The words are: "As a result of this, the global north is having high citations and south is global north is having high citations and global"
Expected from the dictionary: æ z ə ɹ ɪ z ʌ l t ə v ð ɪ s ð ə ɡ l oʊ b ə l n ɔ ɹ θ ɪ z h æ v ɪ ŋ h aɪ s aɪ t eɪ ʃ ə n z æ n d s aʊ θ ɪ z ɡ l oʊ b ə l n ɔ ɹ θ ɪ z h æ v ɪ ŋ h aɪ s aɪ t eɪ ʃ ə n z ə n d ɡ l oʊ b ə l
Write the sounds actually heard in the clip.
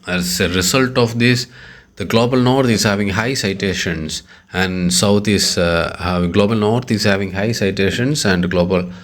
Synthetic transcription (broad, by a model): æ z ə ɹ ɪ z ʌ l t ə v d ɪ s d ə ɡ l oʊ b ə l n ɔ ɹ t ɪ z h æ v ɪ ŋ h aɪ s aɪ t eɪ ʃ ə n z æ n d s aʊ t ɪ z ɡ l oʊ b ə l n ɔ ɹ t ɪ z h æ v ɪ ŋ h aɪ s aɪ t eɪ ʃ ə n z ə n d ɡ l oʊ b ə l